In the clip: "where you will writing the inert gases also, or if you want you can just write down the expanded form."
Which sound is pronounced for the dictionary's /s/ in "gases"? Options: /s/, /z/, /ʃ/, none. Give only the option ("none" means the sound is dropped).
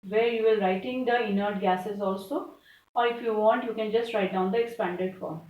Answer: /s/